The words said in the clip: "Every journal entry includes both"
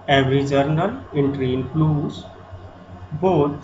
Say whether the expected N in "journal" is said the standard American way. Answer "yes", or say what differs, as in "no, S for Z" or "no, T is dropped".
yes